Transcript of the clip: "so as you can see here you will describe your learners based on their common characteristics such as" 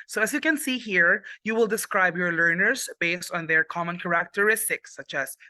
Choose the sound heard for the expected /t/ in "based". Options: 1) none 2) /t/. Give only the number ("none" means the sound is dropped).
2